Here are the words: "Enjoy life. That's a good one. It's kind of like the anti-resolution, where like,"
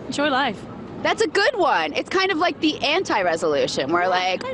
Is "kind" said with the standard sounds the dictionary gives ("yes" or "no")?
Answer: yes